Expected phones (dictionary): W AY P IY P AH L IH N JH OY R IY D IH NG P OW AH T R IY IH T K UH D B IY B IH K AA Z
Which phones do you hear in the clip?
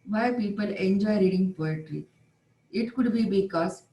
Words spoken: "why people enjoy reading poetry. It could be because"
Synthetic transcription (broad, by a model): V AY P IY P AH L IH N JH OY R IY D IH NG P OW AH T R IY IH T K UH D B IY B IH K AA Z